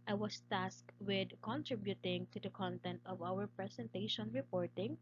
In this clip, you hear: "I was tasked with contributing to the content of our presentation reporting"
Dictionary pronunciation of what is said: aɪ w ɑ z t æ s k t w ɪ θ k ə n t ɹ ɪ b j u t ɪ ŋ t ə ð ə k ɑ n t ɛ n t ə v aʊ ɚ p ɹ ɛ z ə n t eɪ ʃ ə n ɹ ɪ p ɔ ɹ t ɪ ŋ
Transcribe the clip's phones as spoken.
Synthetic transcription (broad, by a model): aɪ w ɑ s t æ s k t w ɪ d k ə n t ɹ ɪ b j u t ɪ ŋ t ə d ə k ɑ n t ɛ n t ə v aʊ ɚ p ɹ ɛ s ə n t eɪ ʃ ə n ɹ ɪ p ɔ ɹ t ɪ ŋ